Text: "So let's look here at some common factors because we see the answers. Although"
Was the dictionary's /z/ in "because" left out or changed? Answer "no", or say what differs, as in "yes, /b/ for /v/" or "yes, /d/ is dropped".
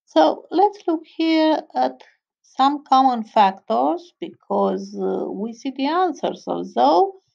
no